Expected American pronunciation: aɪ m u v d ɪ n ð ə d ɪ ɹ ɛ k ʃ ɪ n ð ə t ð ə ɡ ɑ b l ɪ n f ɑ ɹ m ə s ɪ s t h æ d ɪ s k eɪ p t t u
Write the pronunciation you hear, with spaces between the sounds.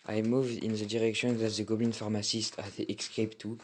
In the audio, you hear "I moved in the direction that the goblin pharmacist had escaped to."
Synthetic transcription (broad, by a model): aɪ m u v d ɪ n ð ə d ɪ ɹ ɛ k ʃ ɪ n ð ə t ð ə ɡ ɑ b ɪ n f ɑ ɹ m ə s ɪ s t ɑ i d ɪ s k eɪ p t t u